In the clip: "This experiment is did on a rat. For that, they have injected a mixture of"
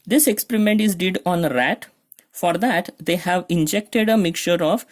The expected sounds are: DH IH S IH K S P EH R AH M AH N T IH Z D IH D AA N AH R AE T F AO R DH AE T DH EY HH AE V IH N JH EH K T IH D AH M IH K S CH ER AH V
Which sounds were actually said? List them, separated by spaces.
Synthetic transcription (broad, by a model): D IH S IH K S P EH R AH M AH N T IH Z D IH D AA N R AE T F AO R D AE T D EY HH AE V IH N JH EH K T IH D AH M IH K CH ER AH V